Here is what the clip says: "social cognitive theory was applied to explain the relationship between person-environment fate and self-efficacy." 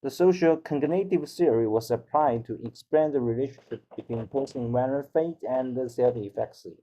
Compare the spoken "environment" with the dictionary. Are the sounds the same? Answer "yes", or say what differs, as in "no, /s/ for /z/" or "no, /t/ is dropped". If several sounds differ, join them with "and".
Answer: no, /m/ is dropped